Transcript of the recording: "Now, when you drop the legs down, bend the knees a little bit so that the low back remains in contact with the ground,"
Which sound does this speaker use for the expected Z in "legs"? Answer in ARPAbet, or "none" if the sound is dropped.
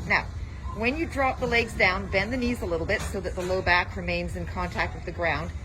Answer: Z